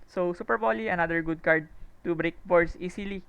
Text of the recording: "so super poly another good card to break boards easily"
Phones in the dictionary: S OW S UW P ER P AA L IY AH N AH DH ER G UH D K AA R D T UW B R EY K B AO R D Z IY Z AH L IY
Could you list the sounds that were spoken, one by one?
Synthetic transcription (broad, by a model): S OW S UW P ER B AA L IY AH N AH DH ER G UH D K AA R D T UW B R EY K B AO R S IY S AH L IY